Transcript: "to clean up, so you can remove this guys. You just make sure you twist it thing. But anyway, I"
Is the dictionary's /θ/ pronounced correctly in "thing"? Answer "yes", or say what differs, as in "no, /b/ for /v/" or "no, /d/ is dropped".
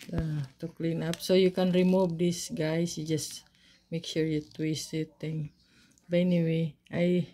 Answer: no, /t/ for /θ/